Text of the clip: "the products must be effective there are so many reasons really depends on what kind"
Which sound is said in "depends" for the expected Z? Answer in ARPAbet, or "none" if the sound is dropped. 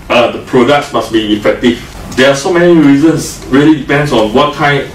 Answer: S